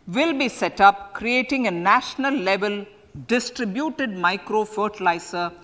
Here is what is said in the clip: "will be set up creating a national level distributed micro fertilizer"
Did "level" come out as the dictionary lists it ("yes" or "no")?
yes